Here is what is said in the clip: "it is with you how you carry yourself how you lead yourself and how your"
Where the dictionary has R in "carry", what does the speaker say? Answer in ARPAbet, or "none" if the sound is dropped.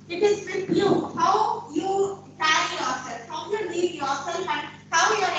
none